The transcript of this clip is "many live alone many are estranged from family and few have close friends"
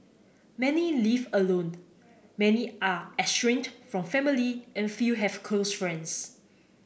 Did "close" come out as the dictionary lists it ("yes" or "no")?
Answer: no